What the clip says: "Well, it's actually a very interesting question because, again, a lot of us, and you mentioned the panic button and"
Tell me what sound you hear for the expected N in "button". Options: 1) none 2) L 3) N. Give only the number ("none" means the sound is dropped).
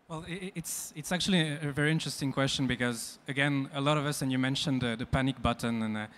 3